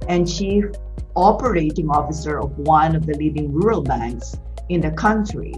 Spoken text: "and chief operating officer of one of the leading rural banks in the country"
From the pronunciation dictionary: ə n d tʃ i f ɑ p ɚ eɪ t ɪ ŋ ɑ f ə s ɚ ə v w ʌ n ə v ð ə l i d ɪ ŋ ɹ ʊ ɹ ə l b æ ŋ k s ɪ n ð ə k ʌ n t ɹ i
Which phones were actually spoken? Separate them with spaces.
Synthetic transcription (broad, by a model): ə n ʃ i ɑ p ɚ eɪ t ɪ ŋ ɑ f ə s ɚ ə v w ʌ n ə v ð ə l i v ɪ ŋ ɹ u ɹ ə l b æ ŋ k s ɪ n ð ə k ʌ n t ɹ i